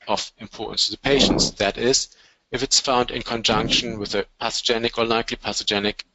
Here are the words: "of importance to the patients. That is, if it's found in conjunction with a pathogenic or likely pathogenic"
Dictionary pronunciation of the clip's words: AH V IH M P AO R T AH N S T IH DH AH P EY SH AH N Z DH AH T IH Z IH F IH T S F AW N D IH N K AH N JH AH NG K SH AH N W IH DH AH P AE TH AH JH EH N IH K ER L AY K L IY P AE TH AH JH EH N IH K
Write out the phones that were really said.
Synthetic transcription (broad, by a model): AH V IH M P AO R T N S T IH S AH P EY SH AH N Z DH AH T IH Z IH F IH T S F AW N D IH N K AH N JH AH NG K SH AH N W IH DH AH P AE S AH JH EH N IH K ER L AY K L IY P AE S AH JH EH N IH K